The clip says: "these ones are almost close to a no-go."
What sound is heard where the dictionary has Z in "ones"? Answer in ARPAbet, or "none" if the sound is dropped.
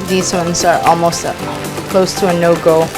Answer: Z